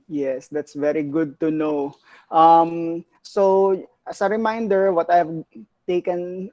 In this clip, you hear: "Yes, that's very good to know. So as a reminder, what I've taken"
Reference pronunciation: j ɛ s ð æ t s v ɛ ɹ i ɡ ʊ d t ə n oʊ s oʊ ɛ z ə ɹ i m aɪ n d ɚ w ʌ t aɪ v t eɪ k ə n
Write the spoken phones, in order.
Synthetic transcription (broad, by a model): j ɛ s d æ t s v ɛ ɹ i ɡ ʊ d t ə n oʊ s oʊ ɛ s ə ɹ i m aɪ n d ɚ w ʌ t aɪ v t eɪ k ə n